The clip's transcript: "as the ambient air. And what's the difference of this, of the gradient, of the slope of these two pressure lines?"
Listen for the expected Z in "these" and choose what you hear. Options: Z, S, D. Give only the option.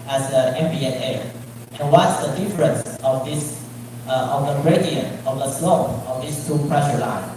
S